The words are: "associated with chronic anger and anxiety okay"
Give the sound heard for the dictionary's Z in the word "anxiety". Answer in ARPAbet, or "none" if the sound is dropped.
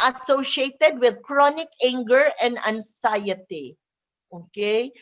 S